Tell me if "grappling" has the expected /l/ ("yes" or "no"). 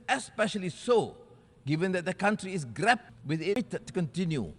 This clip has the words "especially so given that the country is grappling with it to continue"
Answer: no